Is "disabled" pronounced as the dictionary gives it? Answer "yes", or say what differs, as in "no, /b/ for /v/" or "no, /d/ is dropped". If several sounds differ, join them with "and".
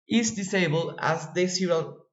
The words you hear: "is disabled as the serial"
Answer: yes